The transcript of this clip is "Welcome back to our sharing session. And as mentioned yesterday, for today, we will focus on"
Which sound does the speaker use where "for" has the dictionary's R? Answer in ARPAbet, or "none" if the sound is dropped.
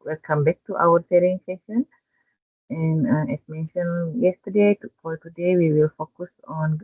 L